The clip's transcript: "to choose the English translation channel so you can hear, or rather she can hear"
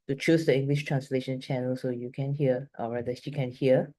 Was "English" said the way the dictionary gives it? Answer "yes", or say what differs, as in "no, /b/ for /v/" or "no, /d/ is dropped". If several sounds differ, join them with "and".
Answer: yes